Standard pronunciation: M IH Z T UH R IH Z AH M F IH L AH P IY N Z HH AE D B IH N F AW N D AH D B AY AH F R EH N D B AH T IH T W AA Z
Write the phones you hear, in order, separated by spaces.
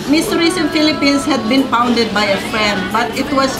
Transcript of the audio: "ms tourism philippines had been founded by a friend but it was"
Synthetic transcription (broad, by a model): M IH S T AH R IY S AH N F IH L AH P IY N S HH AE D B IH N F AW N D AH D B AY AH F R EH N D B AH T IH T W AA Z